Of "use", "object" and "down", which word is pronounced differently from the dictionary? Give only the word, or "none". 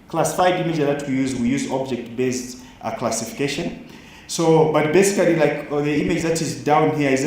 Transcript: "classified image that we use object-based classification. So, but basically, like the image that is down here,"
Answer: none